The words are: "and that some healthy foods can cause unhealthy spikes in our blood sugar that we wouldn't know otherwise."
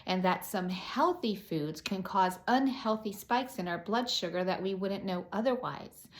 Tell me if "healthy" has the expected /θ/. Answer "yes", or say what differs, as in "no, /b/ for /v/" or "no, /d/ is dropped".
yes